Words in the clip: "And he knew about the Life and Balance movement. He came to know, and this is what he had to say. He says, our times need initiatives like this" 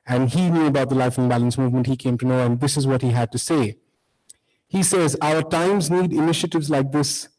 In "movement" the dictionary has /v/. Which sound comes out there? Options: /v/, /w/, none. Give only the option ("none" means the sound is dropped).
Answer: /v/